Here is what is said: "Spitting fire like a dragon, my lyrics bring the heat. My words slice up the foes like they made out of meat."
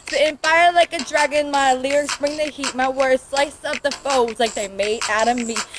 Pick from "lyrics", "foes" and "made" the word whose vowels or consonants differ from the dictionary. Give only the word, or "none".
lyrics